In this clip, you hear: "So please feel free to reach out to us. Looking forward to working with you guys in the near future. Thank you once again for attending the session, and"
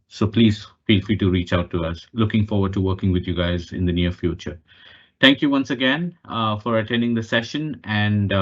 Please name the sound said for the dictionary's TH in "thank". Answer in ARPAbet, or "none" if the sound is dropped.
T